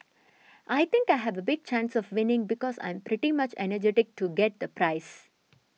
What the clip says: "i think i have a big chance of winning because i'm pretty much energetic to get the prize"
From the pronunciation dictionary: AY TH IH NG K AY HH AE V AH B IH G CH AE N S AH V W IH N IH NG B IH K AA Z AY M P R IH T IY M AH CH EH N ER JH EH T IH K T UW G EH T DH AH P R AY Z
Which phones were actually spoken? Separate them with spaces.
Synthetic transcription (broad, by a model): AY T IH NG K AY HH AE V AH B IH G CH AE N S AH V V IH N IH NG B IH K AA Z AY M P R IH T IY M AH CH EH N ER JH EH T IH K T UW G EH T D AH P R AY S